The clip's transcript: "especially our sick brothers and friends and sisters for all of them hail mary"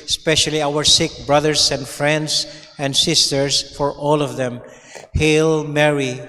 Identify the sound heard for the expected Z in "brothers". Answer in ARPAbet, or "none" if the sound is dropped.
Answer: S